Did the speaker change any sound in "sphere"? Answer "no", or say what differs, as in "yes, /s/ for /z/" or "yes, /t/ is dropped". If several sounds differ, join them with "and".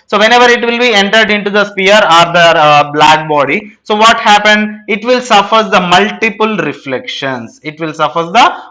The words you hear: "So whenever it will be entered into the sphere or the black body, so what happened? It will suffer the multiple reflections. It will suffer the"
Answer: yes, /p/ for /f/